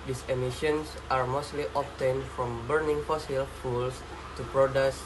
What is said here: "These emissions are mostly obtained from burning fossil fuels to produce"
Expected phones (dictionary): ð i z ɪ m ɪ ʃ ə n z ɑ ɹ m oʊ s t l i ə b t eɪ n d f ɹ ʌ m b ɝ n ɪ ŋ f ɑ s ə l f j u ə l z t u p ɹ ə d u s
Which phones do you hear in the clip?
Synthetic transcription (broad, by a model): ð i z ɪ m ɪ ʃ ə n s ɑ ɹ m oʊ s t l i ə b t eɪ n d f ɹ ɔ m b ɝ n ɪ ŋ f ɑ s ə l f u l s t u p ɹ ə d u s